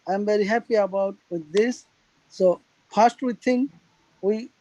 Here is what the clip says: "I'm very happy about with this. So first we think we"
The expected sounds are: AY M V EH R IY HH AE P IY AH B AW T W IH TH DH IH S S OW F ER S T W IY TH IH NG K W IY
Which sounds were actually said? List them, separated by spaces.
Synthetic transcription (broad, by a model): AY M V EH R IY HH AE P IY AH B AW T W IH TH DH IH S S OW P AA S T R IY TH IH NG W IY